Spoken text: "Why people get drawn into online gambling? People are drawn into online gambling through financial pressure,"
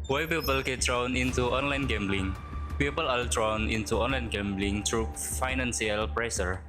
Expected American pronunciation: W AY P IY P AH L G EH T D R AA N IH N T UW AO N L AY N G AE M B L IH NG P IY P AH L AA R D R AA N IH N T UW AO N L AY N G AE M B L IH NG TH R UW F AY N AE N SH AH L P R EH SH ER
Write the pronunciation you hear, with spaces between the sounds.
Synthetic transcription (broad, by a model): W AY P IY P AH L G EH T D R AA N IH N T UW AO N L AY N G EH M B L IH NG P IY P AH L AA L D R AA N IH N T UW AO N L AY N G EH M B L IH NG T R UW F AY N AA N S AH L P R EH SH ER